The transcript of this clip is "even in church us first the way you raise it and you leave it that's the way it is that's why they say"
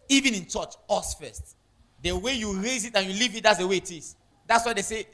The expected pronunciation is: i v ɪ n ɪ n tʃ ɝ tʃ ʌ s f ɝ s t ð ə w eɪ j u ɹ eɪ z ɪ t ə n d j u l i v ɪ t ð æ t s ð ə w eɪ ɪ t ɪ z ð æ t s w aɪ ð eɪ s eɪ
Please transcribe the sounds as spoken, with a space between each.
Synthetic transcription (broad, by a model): i v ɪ n ɪ n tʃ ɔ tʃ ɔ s f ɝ s t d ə w eɪ j u ɹ eɪ z ɪ t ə n j u l i v ɪ t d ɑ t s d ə w eɪ ɪ t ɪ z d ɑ t s w aɪ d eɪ s eɪ